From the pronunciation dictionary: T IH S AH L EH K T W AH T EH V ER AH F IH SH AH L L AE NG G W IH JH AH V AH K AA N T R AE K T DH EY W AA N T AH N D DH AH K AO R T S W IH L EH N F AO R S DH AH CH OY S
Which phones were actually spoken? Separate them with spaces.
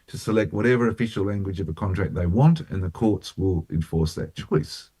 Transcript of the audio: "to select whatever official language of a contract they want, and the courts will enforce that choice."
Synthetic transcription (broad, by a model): T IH S AH L EH K T W AH T EH V ER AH F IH SH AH L L AE NG G W IH JH AH V AH K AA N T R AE K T DH EY W AA N T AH N DH AH K AO R T S W IH L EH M F AO R S DH AH CH OY S